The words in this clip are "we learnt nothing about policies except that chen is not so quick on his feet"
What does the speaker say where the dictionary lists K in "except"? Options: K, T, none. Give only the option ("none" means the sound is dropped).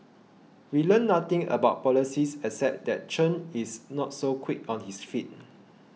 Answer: none